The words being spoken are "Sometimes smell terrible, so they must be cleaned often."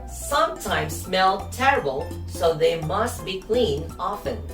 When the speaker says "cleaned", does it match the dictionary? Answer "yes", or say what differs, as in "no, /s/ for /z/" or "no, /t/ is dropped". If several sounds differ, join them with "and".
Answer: no, /d/ is dropped